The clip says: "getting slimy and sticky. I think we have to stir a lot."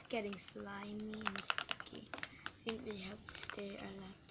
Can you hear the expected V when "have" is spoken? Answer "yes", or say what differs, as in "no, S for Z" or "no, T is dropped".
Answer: no, P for V